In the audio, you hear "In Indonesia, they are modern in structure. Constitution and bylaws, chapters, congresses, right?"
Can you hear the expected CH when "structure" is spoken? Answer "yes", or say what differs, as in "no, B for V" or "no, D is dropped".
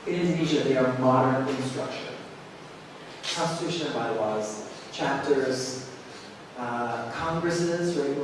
no, SH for CH